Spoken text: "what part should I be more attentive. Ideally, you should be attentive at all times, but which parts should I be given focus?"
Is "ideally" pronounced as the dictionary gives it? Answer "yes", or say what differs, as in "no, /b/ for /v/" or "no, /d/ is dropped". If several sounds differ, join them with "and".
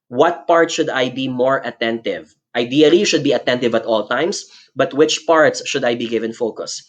no, /l/ is dropped